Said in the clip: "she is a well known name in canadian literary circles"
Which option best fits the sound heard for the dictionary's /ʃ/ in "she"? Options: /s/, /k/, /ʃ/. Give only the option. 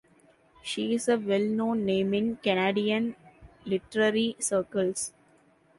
/ʃ/